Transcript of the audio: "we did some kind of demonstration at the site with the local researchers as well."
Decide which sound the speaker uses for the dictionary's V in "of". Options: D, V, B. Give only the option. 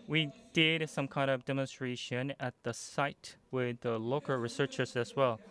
V